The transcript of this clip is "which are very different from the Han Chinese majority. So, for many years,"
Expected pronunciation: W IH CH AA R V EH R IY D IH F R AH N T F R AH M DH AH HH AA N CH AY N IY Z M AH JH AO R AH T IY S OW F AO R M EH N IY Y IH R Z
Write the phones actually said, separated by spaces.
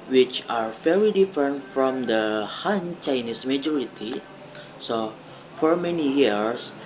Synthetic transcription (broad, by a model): W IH CH AA R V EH R IY D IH F R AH N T F R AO M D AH HH AA N CH AY N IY S M AH JH AO R AH T IY S OW F AO R M EH N IY Y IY R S